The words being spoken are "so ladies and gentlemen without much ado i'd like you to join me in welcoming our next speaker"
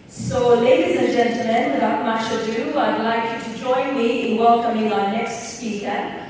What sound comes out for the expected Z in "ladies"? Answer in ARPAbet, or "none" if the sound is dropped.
Z